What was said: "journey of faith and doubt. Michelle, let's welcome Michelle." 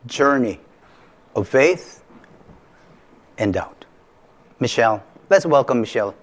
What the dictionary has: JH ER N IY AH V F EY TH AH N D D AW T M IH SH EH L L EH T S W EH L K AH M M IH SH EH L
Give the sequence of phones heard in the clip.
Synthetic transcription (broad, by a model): JH ER N IY AH V F EY TH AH N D D AW T M IH SH EH L L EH T S W EH L K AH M M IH SH EH L